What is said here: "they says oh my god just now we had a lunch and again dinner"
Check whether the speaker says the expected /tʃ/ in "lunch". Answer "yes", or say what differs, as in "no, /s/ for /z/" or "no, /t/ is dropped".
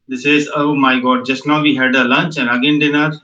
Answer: yes